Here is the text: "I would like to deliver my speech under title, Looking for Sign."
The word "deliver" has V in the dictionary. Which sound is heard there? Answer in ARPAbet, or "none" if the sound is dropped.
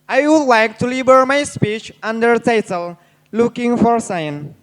B